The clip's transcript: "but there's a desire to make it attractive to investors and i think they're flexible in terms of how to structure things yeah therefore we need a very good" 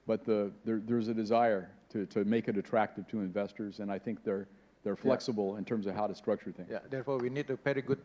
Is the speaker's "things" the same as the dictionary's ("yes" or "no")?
no